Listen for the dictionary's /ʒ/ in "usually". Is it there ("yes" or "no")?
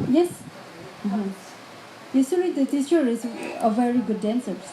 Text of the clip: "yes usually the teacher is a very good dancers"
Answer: no